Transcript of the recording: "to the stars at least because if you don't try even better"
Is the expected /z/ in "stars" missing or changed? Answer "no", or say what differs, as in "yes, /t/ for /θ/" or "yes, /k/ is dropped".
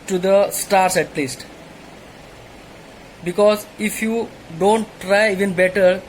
yes, /s/ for /z/